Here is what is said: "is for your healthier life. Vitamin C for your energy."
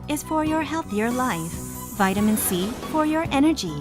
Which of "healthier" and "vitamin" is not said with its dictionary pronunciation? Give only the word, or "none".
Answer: none